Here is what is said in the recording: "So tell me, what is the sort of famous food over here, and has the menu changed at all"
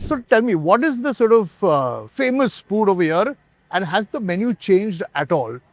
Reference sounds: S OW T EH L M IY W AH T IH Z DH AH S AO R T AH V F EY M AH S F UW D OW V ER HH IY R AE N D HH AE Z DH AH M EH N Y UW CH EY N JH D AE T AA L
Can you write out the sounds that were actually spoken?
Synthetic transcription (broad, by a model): S OW T EH L M IY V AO T IH Z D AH S AO R T AH V F EY M AH S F UW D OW V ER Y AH R AE N D HH AE Z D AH M EH N Y UW CH EY N JH D AE T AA L